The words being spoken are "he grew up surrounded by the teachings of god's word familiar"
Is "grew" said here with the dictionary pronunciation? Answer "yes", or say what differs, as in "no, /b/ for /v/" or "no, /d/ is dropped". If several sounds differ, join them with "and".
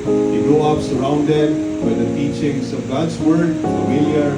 no, /ɹ/ is dropped